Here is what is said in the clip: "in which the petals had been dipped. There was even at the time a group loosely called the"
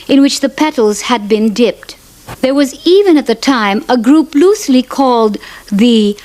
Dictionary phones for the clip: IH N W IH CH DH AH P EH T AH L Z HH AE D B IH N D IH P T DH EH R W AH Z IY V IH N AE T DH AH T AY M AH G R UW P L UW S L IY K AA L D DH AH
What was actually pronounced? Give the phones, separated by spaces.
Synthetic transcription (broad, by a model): IH N W IH CH DH AH P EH T L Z HH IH D B IH N D IH P T DH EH R W AH Z IY V IH N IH T DH AH T AY M AH G R UW P L UW S L IY K AA L D DH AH